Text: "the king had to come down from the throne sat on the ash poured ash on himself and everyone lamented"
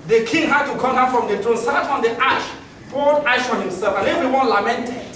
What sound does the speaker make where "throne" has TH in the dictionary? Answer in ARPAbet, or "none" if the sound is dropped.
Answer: T